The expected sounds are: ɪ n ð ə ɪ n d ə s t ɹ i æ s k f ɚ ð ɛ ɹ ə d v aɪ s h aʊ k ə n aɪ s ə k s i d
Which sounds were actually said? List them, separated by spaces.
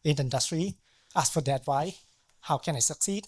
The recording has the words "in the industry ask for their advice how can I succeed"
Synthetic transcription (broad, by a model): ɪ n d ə ɪ n d ə s t ɹ i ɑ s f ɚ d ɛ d w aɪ h aʊ k ə n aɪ s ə k s i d